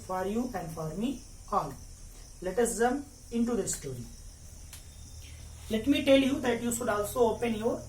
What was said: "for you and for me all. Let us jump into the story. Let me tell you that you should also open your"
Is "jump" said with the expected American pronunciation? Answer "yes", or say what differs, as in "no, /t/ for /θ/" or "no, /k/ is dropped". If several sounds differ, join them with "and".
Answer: no, /p/ is dropped